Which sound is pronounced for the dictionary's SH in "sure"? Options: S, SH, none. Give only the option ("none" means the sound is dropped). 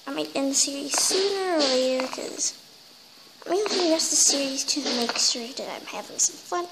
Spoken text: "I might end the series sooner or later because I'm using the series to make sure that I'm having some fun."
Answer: S